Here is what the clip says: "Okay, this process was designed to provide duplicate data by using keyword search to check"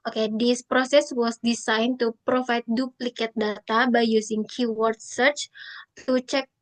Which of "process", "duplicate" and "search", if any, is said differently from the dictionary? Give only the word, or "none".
none